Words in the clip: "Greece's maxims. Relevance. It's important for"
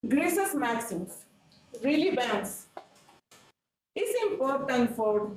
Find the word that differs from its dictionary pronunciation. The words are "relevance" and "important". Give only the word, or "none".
relevance